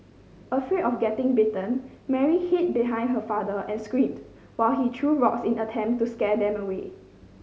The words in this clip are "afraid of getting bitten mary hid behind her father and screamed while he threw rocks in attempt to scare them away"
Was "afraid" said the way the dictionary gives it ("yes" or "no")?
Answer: no